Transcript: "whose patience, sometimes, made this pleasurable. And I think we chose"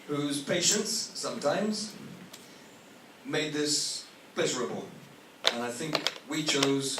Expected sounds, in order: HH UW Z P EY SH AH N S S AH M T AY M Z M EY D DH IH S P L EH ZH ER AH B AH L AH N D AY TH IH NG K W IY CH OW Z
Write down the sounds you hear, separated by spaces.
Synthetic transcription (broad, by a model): HH UW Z P EY SH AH N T S AH M T AY M Z M EY D DH IH S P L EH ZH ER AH B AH L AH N AY TH IH NG K W IY CH OW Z